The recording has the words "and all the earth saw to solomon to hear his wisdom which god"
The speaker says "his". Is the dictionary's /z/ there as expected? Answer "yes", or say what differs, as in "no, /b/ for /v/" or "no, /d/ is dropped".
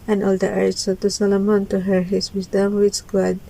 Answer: no, /s/ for /z/